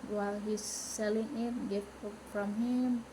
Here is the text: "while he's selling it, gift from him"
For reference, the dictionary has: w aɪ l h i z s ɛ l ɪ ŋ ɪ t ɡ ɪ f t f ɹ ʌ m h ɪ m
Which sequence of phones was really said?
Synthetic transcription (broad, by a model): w aɪ l h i s ɛ l ɪ ŋ ɪ t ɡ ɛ t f ɹ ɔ m h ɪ m